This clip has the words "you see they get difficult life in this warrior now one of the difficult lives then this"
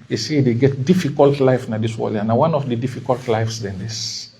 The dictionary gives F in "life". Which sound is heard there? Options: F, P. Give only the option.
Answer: F